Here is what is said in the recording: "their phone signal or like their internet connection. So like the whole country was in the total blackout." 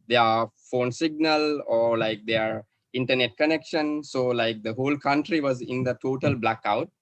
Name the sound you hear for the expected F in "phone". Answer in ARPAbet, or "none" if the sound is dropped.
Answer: F